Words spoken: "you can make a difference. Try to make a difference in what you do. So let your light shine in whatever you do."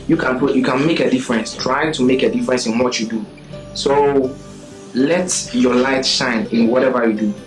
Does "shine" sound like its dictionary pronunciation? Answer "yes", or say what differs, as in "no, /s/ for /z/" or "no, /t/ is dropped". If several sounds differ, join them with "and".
yes